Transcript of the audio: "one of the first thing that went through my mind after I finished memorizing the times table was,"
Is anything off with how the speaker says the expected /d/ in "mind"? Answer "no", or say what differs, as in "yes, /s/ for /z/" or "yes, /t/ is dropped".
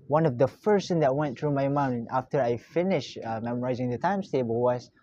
yes, /d/ is dropped